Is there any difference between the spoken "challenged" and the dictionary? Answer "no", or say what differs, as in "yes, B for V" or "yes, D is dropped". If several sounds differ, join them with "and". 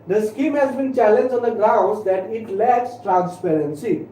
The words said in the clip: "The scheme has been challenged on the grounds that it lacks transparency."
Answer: yes, D is dropped